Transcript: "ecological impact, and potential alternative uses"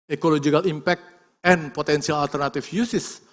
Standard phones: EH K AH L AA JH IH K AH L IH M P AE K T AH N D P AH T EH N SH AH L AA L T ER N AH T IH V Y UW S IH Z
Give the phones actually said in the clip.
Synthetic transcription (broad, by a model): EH K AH L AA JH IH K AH L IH M P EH K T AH N P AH T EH N S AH L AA L T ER N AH T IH F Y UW S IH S